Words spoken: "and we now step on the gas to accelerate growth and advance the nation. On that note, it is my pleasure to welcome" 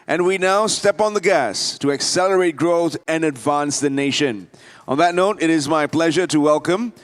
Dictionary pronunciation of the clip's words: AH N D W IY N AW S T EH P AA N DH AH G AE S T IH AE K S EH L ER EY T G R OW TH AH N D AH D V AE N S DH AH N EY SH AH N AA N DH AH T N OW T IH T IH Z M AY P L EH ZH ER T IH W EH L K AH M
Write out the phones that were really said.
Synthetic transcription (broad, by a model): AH N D W IY N AW S T EH P N DH AH G AE S T IH AE K S EH L ER EY T G R OW TH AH N AH D V AE N S DH AH N EY SH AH N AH N DH AH T N OW T IH T IH Z M AY P L EH ZH ER T IH W EH L K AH M